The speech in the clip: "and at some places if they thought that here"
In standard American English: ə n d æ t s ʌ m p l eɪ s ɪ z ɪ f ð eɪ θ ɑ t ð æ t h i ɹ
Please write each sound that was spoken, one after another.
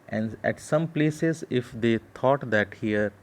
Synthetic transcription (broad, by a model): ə n d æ t s ʌ m p l eɪ s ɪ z ɪ f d eɪ t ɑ t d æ t h i ɹ